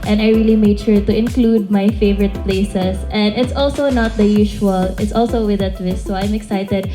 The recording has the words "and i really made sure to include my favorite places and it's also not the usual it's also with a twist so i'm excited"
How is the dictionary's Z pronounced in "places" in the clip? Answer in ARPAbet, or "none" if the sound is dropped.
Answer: S